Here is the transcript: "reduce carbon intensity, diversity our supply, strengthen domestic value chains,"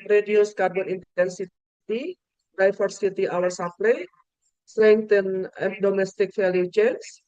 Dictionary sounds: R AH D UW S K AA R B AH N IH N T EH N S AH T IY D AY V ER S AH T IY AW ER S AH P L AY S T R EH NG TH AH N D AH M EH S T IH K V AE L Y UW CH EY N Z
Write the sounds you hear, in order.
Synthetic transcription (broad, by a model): R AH D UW S K AA R B AH N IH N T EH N S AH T IY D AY F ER S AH T IY AW ER S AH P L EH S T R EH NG T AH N D AH M EH S T IH K F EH L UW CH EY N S